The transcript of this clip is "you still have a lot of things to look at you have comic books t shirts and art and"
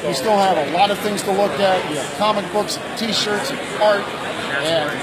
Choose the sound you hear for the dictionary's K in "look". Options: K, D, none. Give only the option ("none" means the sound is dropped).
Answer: K